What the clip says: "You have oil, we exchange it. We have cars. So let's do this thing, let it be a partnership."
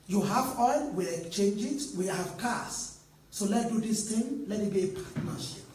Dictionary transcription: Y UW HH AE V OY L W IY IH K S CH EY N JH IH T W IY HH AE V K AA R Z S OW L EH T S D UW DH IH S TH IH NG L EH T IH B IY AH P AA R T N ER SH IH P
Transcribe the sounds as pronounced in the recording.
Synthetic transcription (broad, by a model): Y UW HH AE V OY L W IY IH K CH EY N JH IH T W IY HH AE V K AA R S OW L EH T D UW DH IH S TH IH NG L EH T IH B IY P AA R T N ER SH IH P